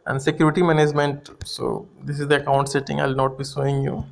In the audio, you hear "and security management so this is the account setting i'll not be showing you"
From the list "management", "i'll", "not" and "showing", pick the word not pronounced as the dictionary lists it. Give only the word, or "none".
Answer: showing